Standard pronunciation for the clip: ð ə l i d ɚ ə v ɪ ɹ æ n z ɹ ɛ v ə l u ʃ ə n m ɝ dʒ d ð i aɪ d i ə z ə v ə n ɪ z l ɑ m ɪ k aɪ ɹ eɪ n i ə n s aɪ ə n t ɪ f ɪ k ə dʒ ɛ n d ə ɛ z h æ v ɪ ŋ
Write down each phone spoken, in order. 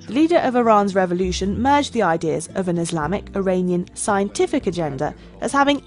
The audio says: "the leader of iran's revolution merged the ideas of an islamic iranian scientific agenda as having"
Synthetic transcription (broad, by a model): ð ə l i d ɚ ə v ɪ ɹ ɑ n z ɹ ɛ v ə l u ʃ ə n m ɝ dʒ ð i aɪ d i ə z ə v ə n ɪ z l ɑ m ɪ k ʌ ɹ eɪ n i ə n s aɪ ə n t ɪ f ɪ k ə dʒ ɛ n d ə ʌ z h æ v ɪ ŋ